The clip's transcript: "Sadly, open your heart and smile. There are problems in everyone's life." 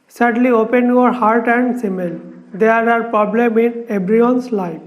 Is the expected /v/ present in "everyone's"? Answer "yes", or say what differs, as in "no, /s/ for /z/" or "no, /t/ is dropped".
no, /b/ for /v/